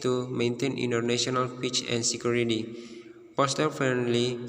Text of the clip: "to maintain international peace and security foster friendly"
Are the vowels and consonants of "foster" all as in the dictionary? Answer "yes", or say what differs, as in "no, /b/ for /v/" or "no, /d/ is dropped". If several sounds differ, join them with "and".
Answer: no, /p/ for /f/